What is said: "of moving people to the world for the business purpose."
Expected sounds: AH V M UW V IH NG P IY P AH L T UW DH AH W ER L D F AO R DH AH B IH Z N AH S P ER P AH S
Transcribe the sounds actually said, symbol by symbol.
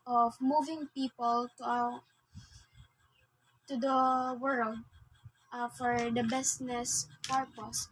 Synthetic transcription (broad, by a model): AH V M UW V IH NG P IY P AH L T UW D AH W ER L D F AO R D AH B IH S N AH S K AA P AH S